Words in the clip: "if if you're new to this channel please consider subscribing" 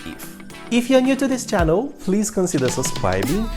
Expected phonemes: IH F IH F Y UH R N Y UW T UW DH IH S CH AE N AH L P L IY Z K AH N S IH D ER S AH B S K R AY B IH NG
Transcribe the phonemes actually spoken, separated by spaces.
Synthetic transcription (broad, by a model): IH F IH F Y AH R N Y UW T UW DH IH S CH AE N AH L P L IY Z K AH N S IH D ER S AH S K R AY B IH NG